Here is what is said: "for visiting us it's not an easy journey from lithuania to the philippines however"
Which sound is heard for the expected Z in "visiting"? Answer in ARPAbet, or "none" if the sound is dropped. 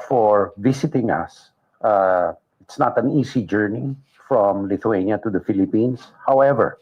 S